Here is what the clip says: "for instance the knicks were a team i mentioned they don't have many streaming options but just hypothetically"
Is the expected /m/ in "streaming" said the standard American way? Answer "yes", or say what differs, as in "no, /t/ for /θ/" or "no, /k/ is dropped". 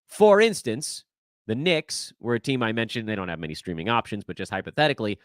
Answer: yes